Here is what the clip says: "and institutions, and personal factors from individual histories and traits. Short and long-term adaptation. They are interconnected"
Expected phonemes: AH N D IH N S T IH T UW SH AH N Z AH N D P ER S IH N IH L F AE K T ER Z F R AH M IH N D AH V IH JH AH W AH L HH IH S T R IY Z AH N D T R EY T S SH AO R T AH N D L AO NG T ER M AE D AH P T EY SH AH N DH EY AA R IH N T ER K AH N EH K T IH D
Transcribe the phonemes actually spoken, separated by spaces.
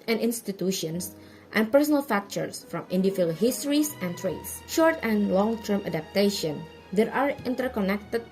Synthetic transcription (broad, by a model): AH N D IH N S T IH T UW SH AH N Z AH N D P ER S IH N IH L F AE K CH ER S F R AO M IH N D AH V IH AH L HH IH S T R IY S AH N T R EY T S SH AO R T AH N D L AO NG T ER M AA D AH P T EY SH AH N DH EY AA R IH N T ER K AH N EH K T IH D